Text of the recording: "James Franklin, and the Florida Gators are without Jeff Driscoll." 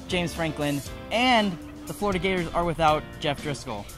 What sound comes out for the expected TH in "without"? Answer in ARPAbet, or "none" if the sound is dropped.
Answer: TH